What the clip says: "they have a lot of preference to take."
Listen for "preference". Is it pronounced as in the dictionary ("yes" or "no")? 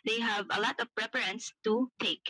no